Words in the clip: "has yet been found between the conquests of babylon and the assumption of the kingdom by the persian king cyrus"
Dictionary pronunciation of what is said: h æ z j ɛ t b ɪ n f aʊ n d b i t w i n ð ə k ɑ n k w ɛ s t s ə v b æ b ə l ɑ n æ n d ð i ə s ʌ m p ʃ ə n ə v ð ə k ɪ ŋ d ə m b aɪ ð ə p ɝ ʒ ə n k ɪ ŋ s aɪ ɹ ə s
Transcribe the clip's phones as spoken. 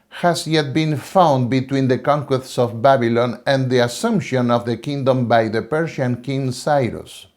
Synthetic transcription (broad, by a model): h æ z j ɛ t b ɪ n f aʊ n d b i t w i n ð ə k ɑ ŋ k w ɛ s t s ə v b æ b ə l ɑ n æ n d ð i ə s ʌ m p ʃ ə n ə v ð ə k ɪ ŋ d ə m b aɪ ð ə p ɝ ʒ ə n k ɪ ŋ s aɪ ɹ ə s